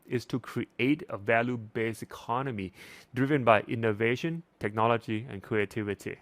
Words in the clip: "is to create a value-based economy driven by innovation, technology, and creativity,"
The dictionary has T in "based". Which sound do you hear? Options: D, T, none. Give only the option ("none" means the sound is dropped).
none